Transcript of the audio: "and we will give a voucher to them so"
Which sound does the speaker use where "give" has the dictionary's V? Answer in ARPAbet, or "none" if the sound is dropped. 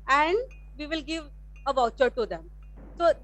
V